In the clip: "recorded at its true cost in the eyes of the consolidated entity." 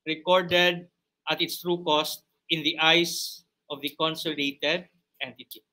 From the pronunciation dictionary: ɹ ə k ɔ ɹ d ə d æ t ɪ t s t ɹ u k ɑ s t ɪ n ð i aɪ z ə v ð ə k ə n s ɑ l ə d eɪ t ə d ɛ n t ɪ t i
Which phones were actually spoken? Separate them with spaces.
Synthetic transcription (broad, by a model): ɹ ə k ɔ ɹ d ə d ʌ t ɪ t s t ɹ u k ɑ s t ɪ n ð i aɪ s ə v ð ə k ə n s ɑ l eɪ t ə d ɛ n t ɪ t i